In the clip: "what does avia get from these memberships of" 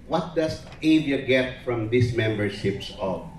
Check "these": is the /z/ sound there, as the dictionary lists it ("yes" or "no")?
no